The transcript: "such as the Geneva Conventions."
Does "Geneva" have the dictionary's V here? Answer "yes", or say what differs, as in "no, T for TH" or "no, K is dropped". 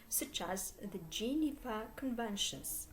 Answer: no, F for V